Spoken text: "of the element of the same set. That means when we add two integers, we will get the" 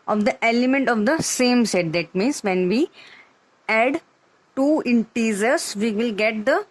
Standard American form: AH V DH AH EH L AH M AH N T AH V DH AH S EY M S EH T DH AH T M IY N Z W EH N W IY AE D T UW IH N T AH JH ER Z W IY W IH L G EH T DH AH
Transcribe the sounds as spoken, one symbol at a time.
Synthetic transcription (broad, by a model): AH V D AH EH L AH M AH N T AH V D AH S EY M S EH T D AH T M IY N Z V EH N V IY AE D T UW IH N T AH Z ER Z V IY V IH L G EH T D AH